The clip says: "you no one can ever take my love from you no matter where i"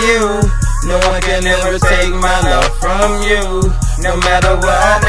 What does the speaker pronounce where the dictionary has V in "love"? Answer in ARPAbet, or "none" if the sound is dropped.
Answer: F